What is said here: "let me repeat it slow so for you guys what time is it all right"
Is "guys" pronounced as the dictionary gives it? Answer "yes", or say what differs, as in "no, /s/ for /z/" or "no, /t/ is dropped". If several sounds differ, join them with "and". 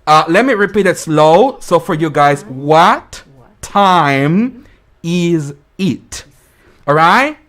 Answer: yes